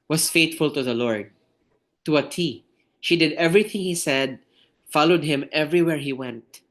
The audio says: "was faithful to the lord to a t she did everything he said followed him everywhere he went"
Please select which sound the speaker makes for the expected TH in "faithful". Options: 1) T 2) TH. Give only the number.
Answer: 1